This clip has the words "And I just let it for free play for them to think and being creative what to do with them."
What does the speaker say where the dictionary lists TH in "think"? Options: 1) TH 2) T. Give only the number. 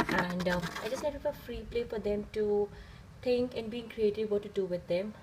2